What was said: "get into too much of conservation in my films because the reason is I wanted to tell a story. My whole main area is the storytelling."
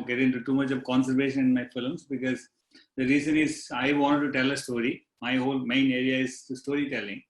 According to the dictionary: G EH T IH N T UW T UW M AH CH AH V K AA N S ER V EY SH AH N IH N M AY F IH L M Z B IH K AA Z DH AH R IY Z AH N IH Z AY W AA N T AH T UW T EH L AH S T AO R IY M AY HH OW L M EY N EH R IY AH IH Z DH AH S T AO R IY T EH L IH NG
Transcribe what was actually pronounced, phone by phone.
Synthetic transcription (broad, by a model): G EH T IH N T UW T UW M AH CH AH V K AA N S ER V EY SH AH N IH N M AY F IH L M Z B IH K AA Z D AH R IY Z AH N IH Z AY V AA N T T UW T EH L AH S T AO R IY M AY HH OW L M EY N EH R IY AH IH Z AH S T AO R IY T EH L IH NG